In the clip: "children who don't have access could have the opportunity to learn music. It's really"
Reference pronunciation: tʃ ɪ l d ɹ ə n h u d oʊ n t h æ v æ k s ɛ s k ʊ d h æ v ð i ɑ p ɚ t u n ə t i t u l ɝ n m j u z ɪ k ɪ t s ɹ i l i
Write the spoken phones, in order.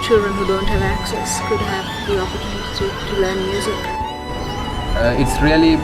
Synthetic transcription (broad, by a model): tʃ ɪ l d ɹ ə n h u d oʊ n t h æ v æ k s ɛ s k ʊ d h æ v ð i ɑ p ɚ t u n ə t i t u l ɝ n m j u z ɪ k ɪ t s ɹ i l i